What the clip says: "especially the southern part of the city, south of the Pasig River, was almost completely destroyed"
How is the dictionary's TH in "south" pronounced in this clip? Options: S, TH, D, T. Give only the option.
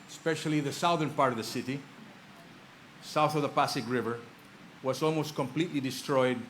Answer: TH